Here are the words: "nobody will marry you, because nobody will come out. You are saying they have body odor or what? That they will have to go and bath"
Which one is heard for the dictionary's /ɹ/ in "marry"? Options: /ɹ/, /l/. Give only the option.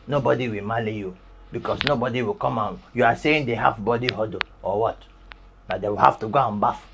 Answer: /l/